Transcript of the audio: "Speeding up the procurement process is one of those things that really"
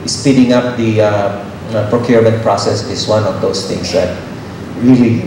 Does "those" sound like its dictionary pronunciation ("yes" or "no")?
no